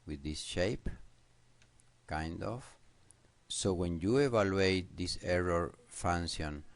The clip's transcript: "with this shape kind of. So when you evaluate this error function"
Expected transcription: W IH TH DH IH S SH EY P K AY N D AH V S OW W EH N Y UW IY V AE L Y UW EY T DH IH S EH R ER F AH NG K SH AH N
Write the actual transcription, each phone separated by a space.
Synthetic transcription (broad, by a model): W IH DH IH S SH EY P K AY N D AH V S OW W EH N Y UW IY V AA L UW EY T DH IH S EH R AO F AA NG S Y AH N